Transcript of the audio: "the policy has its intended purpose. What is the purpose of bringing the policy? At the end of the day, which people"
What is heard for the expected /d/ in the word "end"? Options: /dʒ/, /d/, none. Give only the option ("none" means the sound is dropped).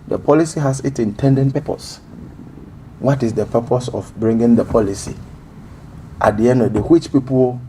/d/